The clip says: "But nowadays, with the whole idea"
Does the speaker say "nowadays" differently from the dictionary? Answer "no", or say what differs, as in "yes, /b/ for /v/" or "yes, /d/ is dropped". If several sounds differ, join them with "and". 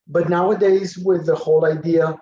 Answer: no